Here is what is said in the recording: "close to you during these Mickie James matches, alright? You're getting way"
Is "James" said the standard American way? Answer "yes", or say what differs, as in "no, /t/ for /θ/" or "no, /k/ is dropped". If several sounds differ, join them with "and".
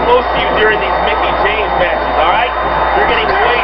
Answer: no, /tʃ/ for /dʒ/